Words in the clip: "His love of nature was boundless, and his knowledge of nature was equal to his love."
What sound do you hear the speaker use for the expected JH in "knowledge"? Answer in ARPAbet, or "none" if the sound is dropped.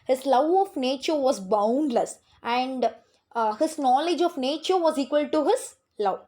JH